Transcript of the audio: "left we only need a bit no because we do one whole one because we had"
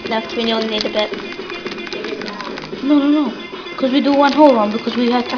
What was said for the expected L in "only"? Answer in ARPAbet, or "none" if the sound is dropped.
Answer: none